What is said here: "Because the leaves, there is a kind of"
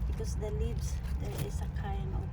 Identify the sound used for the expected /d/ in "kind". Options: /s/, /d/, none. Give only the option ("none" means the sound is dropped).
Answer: none